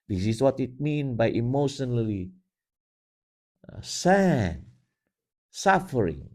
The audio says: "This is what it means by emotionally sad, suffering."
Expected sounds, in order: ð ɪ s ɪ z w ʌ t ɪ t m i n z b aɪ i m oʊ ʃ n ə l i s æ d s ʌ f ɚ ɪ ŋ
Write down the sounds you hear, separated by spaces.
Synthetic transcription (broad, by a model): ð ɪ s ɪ s w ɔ t ɪ t m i n b aɪ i m oʊ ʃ n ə l i s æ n s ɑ f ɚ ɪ ŋ